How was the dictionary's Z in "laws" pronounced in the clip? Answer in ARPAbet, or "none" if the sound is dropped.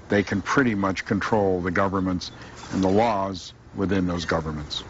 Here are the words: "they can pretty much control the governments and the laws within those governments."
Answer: Z